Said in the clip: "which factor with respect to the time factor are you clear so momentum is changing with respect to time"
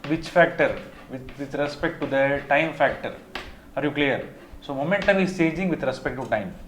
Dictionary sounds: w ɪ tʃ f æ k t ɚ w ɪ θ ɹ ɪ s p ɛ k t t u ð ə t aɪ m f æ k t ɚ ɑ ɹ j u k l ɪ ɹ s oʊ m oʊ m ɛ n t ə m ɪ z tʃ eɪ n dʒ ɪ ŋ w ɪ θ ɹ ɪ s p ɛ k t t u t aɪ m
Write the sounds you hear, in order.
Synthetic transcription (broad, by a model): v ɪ tʃ f æ k t ɚ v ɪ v ɹ ɪ s p ɛ k t t u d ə t aɪ m f æ k t ɚ ɑ ɹ j u k l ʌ ɹ s oʊ m oʊ m ɛ n t ə m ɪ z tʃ eɪ dʒ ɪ ŋ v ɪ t ɹ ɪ s p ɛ k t t u t aɪ m